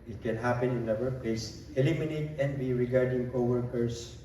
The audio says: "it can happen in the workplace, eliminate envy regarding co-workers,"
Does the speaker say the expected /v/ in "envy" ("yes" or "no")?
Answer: no